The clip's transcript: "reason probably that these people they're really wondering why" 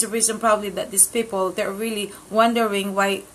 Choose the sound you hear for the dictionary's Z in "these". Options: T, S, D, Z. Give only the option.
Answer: S